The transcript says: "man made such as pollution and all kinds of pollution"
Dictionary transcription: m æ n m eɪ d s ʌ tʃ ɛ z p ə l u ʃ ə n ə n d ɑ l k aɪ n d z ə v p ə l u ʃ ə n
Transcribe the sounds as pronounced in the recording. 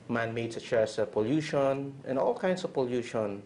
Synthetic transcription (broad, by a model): m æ n m eɪ d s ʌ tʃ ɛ s p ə l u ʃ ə n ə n ɑ l k aɪ n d s ə v p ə l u ʃ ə n